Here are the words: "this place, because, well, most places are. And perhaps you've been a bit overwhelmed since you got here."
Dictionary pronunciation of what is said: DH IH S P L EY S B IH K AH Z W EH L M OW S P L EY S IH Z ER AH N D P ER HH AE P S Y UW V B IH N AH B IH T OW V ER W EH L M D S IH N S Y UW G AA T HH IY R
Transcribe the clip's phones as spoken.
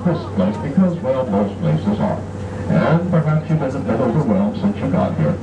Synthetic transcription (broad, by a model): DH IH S P L EY S B IH K AH Z W EH L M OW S P L EY S IH Z ER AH N P ER HH AE P S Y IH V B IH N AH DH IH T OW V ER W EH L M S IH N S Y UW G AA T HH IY R